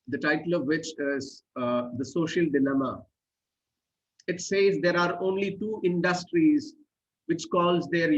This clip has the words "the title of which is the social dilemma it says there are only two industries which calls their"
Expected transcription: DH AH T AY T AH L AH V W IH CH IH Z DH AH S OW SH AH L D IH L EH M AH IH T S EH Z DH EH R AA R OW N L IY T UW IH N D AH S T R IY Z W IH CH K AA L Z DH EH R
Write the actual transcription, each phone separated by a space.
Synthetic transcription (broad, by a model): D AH T AY T AH L AH V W IH CH IH Z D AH S OW SH AH L D IH L EH M AH IH T S EH Z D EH R AA R OW N L IY T UW IH N D AH S T R IY Z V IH CH K AA L Z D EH R